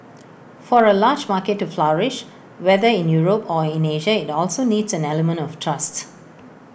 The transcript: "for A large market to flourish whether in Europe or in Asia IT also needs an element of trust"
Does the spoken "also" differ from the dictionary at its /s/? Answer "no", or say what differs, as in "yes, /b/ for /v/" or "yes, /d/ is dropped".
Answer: no